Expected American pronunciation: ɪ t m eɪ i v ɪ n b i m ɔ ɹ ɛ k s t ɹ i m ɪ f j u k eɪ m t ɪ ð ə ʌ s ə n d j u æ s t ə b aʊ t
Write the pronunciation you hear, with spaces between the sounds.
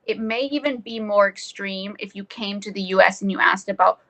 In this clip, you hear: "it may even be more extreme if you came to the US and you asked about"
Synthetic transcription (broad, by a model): ɪ t m eɪ i v ɪ n b i m ɔ ɹ ɛ k s t ɹ i m ɪ f j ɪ k eɪ m t ɪ ð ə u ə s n j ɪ æ s t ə b aʊ t